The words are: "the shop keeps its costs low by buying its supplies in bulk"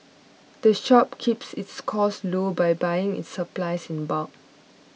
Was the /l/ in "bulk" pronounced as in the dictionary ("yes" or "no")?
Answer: no